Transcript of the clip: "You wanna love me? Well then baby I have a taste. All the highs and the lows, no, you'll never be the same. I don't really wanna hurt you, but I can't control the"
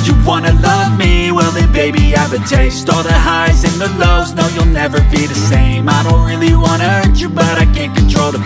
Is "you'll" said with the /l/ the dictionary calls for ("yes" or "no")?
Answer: yes